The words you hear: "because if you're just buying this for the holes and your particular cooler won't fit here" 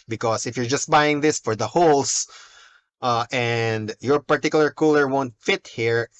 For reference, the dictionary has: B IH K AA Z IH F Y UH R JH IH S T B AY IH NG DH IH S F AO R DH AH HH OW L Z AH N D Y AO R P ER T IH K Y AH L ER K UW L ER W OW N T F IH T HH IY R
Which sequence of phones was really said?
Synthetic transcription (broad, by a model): B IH K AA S IH F Y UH R JH IH S T B AY IH NG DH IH S F AO R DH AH HH OW L S AH N D Y AO R P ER T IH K Y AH L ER K UW L ER W OW N T F IH T HH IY R